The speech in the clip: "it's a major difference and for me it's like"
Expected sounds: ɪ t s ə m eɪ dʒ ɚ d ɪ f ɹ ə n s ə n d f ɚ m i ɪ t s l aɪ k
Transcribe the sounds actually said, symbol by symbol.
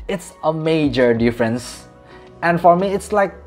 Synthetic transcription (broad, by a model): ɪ t s ə m eɪ dʒ ɚ d ɪ f ɹ ə n s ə n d f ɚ m i ɪ t s l aɪ k